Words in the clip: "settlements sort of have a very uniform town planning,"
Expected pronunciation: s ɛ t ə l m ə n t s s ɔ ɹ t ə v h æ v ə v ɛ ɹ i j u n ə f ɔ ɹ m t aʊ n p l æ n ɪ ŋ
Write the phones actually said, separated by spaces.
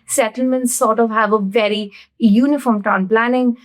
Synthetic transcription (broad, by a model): s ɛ t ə l m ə n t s s ɔ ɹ t ə v h æ v ə v ɛ ɹ i j u n ə f ɔ ɹ m t aʊ n p l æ n ɪ ŋ